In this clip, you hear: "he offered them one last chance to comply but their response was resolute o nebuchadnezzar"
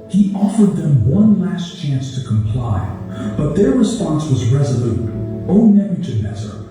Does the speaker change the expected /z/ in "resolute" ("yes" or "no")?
no